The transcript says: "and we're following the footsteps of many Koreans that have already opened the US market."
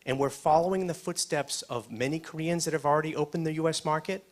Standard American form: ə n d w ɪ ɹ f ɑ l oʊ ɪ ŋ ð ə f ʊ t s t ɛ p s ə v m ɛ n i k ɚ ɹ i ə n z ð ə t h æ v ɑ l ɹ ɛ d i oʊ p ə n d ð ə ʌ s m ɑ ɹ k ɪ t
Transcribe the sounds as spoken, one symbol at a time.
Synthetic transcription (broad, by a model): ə n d w ɪ ɹ f ɑ l oʊ ɪ ŋ ð ə f ʊ t s t ɛ p s ə v m ɛ n i k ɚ ɹ i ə n z ð ə t h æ v l ɹ ɛ d i oʊ p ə n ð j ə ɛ s m ɑ ɹ k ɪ t